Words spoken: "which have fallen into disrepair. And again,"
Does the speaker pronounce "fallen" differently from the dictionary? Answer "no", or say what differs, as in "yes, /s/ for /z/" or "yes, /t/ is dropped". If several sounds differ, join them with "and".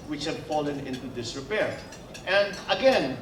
no